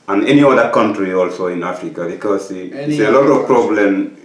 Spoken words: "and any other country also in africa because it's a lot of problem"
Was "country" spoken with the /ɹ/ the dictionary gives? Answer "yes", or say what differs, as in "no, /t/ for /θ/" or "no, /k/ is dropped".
yes